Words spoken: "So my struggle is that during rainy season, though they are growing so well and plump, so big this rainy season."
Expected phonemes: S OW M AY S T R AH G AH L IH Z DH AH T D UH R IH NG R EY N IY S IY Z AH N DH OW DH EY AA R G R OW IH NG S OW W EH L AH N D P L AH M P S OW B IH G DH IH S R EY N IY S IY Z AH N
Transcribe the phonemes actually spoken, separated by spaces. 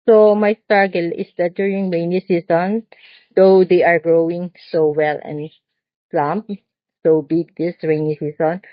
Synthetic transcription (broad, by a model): S OW M AY S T AA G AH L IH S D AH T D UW R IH NG R EY N IY S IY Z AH N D OW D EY AA R G R OW IH NG S OW W EH L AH N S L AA M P S OW B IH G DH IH S R EY N IY S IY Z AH N